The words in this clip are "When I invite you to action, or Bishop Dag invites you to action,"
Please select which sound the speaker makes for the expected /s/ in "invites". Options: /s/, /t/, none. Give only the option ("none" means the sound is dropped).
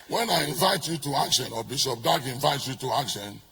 none